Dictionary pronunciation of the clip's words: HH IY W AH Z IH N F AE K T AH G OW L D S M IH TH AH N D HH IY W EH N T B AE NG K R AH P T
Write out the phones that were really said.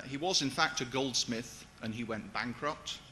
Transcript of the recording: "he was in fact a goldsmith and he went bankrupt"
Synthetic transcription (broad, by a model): HH IY W AH Z IH N F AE K T AH G OW L D S M IH TH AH N IY W EH N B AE NG K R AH P T